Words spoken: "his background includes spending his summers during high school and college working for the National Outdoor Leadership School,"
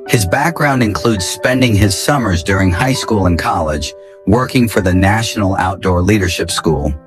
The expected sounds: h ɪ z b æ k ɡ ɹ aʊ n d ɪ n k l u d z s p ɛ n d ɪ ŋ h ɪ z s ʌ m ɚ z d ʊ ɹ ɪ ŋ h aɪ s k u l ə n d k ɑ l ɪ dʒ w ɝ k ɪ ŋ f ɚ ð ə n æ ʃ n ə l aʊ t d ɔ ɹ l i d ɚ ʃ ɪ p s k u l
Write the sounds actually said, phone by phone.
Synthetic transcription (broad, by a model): h ɪ z b æ k ɡ ɹ aʊ n d ɪ n k l u d z s p ɛ n d ɪ ŋ ɪ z s ʌ m ɚ z d ʊ ɹ ɪ ŋ h aɪ s k u l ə n k ɑ l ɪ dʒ w ɝ k ɪ ŋ f ɚ ð ə n æ ʃ n l aʊ t d ɔ ɹ l i d ɚ ʃ ɪ p s k u l